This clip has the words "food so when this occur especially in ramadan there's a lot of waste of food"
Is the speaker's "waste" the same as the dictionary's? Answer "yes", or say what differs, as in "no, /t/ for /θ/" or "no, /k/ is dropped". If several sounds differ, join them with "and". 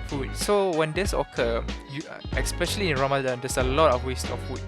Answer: yes